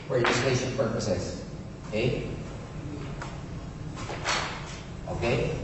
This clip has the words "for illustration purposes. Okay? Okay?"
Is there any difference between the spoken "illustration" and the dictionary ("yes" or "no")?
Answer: yes